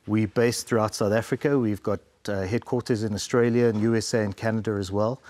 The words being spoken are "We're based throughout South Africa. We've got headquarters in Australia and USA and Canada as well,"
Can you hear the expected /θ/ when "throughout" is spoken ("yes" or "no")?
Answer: yes